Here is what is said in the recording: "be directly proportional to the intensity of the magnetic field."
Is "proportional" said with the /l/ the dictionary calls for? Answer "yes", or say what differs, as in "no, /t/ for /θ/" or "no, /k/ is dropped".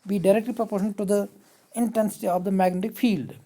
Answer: no, /n/ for /l/